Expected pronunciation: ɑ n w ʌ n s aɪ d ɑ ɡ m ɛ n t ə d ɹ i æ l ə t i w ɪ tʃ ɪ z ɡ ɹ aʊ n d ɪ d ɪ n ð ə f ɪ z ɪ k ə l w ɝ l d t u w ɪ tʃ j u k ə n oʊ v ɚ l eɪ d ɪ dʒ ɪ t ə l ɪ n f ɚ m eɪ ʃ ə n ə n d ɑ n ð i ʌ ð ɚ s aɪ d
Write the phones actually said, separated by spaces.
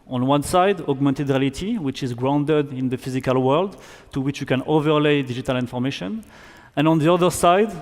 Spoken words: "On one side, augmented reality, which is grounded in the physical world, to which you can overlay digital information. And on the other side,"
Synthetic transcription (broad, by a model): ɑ n w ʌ n s aɪ d ɑ ɡ m ɛ n t ə d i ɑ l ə t i w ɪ tʃ ɪ z ɡ ɹ aʊ n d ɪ d ɪ n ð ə f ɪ z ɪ k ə l w ɝ l d t u w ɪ tʃ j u k ə n oʊ v ɚ l eɪ d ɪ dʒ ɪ t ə l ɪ n f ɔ m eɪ ʃ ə n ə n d ɑ n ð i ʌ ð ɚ s aɪ d